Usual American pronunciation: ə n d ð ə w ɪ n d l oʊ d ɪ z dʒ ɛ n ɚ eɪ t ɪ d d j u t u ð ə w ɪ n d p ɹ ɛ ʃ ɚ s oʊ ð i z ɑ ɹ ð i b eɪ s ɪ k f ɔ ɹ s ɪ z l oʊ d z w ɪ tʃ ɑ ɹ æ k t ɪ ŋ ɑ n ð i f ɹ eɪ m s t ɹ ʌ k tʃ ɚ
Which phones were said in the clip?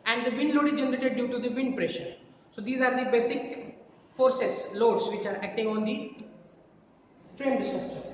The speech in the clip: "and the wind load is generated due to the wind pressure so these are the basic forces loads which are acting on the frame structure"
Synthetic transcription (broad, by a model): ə n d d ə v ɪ n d l oʊ d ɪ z dʒ ɛ n ɚ eɪ t ɪ d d j u t u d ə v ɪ n d p ɹ ɛ ʃ ɚ s oʊ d i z ɑ ɹ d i b eɪ s ɪ k f ɔ ɹ s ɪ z l oʊ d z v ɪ tʃ ɑ ɹ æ k t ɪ ŋ ɑ n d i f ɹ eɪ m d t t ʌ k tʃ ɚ